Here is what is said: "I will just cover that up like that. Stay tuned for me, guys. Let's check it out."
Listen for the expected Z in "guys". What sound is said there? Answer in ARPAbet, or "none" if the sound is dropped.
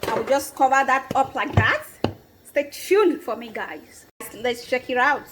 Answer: S